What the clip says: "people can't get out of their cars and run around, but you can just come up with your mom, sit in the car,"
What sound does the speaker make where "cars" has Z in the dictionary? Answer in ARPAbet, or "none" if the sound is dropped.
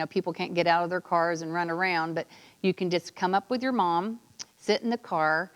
Z